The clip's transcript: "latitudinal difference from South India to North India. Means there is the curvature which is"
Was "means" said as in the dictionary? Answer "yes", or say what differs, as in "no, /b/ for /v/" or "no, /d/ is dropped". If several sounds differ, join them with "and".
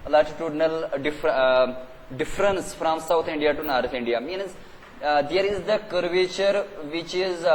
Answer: yes